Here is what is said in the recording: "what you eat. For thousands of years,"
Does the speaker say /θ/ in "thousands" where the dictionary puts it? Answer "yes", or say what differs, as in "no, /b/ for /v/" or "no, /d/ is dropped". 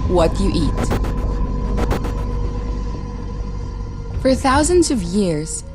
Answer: yes